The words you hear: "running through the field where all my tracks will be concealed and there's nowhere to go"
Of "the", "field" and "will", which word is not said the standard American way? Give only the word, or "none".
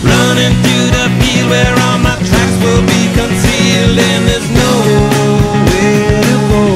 field